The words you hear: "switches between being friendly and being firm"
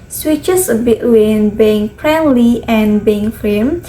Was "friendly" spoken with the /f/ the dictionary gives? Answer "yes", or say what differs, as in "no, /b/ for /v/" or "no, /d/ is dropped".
no, /p/ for /f/